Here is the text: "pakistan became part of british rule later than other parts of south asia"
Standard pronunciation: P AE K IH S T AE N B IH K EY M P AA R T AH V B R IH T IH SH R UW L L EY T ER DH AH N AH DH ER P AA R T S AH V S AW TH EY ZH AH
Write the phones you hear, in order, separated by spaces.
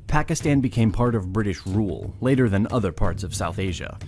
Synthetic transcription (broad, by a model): P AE K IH S T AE N B IH K EY M P AA R T AH V B R IH T IH SH R UW L L EY T ER DH AH N AH DH ER P AA R T S AH V S AW TH EY ZH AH